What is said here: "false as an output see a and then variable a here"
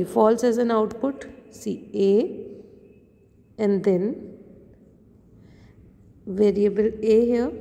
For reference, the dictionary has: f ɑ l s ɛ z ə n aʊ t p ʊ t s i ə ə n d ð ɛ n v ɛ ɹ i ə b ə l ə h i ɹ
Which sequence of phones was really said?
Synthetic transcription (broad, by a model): f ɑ l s ɛ z ə n aʊ t p ʊ t s i ə ə n d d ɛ n v ɛ ɹ i ə b ə l ə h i